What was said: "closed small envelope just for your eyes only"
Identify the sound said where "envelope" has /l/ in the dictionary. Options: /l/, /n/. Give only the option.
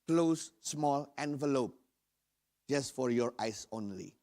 /l/